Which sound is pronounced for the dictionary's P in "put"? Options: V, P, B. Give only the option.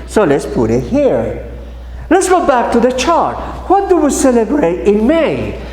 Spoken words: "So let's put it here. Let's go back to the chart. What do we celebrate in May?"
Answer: P